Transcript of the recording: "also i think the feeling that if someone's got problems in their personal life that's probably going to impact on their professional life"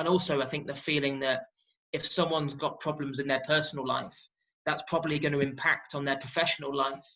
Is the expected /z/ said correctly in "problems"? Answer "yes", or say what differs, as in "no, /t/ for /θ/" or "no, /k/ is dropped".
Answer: yes